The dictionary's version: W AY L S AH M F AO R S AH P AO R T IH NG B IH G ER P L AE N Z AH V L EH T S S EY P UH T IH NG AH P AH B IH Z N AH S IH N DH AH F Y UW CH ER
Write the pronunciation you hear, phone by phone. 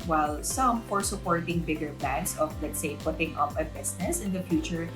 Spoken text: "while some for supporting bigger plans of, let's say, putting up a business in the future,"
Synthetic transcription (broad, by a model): W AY L S AH M F AO R S AH P AO R T IH NG B IH G ER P L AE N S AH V L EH T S S EY P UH T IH NG AH P AH B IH S N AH S IH N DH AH F Y UW CH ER